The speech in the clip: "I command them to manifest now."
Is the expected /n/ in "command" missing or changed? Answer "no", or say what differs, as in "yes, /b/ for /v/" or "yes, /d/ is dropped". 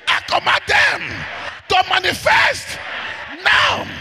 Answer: yes, /n/ is dropped